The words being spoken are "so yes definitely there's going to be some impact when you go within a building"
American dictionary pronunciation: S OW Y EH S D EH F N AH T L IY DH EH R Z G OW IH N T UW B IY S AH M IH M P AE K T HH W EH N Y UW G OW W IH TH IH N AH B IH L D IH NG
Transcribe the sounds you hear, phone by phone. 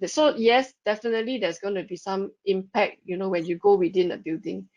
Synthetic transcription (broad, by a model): S OW Y EH S D EH F N AH T L IY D EH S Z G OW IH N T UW B IY S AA M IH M P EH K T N W EH N Y UW G OW W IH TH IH N AH B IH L D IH NG